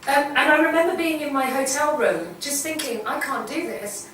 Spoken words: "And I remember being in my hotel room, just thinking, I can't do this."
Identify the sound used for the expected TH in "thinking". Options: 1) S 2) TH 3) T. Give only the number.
2